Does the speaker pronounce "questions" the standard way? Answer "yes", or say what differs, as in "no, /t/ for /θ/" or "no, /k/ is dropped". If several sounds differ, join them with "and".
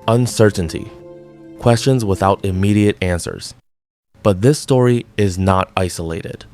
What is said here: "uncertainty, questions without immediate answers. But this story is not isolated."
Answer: yes